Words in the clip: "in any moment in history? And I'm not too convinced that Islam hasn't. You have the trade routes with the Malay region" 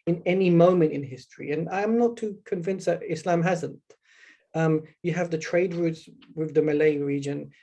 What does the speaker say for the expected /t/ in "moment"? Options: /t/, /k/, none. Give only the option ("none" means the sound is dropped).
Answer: /t/